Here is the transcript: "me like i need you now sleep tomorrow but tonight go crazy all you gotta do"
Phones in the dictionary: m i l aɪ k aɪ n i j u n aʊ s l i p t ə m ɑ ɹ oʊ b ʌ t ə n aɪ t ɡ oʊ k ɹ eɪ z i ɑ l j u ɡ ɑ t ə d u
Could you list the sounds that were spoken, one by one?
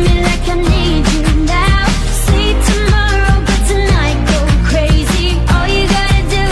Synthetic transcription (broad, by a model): m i l aɪ k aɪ n i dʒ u n aʊ s i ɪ t ə m ɑ ɹ oʊ b ʌ t ə n aɪ t ɡ oʊ k ɹ eɪ z i ɑ l j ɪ ɡ ɑ t ə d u